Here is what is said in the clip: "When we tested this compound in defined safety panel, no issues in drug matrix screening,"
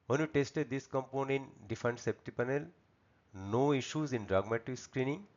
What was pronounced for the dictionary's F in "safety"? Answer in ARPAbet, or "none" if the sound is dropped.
P